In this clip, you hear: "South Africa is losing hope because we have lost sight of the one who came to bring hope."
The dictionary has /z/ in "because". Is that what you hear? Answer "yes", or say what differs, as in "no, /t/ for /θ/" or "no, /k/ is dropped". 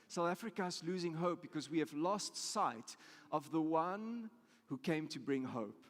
yes